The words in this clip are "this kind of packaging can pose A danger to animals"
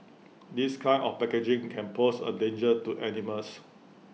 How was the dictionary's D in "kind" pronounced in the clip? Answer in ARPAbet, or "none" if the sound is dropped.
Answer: none